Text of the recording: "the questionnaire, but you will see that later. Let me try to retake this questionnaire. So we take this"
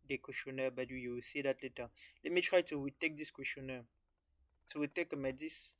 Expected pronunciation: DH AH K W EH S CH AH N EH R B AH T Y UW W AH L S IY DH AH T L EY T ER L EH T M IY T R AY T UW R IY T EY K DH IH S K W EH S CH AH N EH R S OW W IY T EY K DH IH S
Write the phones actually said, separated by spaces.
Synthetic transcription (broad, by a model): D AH K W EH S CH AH N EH B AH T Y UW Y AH W S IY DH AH T L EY T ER L EH T M IY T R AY T UW W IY T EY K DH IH S K W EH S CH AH N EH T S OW W IY T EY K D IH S